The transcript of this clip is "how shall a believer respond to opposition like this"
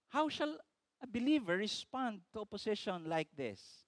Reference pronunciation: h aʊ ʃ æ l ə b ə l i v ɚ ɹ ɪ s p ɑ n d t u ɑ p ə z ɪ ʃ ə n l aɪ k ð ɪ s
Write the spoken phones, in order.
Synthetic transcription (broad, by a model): h aʊ ʃ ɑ l ə b ə l i v ɚ ɹ ɪ s p ɑ n d t u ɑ p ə s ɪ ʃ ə n l aɪ k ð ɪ s